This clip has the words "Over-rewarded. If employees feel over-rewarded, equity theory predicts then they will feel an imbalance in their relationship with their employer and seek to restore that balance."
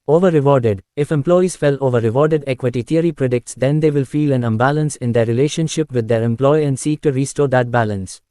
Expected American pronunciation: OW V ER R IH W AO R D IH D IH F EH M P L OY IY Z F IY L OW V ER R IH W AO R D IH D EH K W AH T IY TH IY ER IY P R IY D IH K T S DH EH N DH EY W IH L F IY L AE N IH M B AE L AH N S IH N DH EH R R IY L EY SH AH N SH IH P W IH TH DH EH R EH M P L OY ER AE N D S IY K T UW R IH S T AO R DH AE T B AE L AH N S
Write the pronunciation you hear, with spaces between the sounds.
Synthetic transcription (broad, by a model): OW V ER R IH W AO R D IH D IH F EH M P L OY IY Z F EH L OW V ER R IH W AO R D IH D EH K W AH T IY T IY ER IY P R IY D IH K T S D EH N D EY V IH L F IY L AE N IH M B AE L AH N S IH N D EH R R IY L EY SH AH N SH IH P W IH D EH R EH M P L OY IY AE N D S IY K T UW R IH S T AO R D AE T B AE L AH N S